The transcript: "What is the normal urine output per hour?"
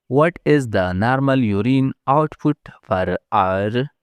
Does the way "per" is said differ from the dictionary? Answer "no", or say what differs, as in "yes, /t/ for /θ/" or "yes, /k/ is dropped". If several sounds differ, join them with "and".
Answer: yes, /f/ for /p/